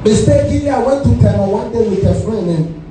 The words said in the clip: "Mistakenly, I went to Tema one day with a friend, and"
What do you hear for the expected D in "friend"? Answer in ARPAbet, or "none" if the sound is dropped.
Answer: none